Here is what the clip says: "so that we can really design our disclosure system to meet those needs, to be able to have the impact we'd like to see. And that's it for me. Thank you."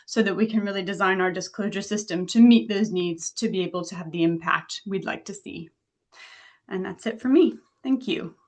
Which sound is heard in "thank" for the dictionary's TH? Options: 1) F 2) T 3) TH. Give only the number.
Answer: 3